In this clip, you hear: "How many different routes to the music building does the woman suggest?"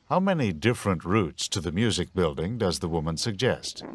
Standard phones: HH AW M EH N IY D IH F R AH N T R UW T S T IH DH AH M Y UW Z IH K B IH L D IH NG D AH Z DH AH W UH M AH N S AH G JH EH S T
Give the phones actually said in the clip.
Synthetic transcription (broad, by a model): HH AW M EH N IY D IH F R AH N T R UW T S T IH DH AH M Y UW Z IH K B IH L D IH NG D AH Z DH AH W UH M AH N S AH G JH EH S T